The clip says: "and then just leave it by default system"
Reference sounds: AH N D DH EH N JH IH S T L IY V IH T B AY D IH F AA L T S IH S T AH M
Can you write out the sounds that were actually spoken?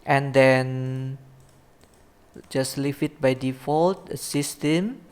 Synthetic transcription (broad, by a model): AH N D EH N JH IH S L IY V IH T B AY D IH F AA L T S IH S T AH M